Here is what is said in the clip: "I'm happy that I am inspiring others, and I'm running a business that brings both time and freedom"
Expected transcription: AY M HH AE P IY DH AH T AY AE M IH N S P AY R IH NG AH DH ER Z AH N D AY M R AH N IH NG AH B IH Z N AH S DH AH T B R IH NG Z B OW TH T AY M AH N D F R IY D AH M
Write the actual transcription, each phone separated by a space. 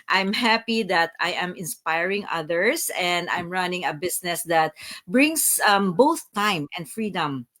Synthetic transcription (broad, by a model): AY M HH AE P IY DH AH T AY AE M IH N S P AY R IH NG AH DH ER S AH N D AY M R AH N IH NG AH B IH S N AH S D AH T B R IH NG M B OW TH T AY M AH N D F R IY D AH M